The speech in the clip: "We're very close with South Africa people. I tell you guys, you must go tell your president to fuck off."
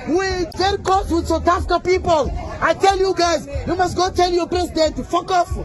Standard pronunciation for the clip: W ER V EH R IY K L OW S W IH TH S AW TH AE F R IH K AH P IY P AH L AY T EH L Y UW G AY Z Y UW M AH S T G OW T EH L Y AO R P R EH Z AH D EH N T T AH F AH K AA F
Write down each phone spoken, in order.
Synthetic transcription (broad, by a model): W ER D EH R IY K OW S W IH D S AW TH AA F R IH K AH P IY P AH L AY T EH L Y UW G AY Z Y UW M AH S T G OW T EH L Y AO P R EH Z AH D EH N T T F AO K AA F